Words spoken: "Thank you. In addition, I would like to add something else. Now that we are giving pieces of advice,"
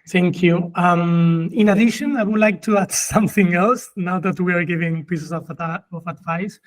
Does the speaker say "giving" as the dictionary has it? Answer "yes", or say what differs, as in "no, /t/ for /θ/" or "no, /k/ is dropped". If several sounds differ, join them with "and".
yes